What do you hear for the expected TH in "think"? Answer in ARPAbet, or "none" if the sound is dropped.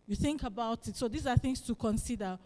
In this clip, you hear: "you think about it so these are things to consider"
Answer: TH